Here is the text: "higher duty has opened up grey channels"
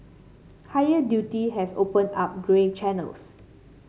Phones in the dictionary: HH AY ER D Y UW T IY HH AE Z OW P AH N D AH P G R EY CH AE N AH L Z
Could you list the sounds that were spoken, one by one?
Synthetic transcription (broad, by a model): HH AY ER D Y UW T IY HH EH S OW P AH N AA P G R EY CH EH N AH L S